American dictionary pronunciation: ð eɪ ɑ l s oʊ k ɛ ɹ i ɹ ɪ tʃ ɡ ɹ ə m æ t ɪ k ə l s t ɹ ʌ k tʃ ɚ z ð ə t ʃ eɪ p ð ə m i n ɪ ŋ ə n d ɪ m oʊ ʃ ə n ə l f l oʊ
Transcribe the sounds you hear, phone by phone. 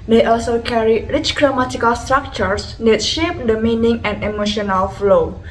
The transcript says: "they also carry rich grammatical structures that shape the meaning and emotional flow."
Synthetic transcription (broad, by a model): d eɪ ɑ l s oʊ k ɛ ɹ i ɹ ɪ tʃ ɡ ɹ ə m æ t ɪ k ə l s t ɹ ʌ k tʃ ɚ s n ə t ʃ eɪ p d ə m i n ɪ ŋ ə n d ɪ m oʊ ʃ ə n ə l f l oʊ